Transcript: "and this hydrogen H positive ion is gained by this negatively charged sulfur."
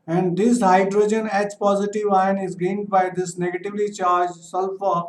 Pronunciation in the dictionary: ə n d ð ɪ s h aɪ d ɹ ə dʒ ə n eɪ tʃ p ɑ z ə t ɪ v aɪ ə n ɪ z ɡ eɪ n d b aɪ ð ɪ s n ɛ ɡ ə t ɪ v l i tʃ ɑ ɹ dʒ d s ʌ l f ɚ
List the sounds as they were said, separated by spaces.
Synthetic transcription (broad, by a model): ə n d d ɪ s h aɪ d ɹ ə dʒ ə n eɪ s p ɑ z ə t ɪ v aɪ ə n ɪ z ɡ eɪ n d b aɪ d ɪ s n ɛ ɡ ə t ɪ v l i tʃ ɑ ɹ dʒ s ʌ l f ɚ